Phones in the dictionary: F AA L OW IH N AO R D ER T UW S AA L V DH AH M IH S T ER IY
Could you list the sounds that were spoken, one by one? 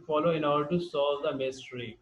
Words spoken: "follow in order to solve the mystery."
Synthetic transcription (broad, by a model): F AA L OW IH N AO R D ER T UW S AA V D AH M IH S T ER IY